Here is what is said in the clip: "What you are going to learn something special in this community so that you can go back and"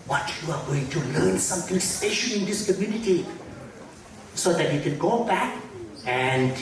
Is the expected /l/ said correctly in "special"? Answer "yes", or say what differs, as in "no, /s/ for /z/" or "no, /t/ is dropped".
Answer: no, /n/ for /l/